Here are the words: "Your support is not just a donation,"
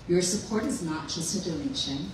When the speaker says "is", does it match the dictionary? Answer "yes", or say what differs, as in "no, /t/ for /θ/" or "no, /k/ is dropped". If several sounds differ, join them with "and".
yes